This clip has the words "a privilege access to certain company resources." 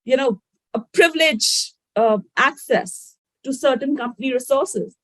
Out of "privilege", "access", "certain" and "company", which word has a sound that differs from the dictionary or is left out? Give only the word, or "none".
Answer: none